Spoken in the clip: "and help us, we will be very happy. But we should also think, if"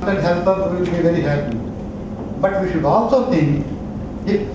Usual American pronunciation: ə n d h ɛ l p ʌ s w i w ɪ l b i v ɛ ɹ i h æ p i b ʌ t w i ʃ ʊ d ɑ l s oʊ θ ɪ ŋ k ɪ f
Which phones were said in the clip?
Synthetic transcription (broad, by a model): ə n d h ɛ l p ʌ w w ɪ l b i v ɛ ɹ i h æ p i b ʌ t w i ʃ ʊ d ɑ l s oʊ t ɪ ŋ ɪ